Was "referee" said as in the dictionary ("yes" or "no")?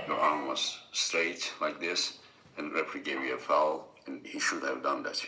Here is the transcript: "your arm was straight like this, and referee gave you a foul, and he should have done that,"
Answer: no